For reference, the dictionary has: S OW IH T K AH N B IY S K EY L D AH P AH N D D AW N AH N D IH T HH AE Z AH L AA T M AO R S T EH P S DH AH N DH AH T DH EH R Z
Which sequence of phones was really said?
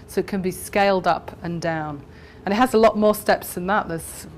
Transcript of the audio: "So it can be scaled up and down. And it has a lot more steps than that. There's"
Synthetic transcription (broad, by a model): S OW IH T K AH N B IY S K EY L D AH P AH N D D AW N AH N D IH T HH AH Z AH L AA T M AO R S T EH P S DH AH N DH AH T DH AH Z